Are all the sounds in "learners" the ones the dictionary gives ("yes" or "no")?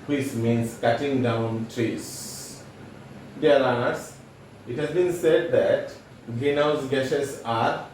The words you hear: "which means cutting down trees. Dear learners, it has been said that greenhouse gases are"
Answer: no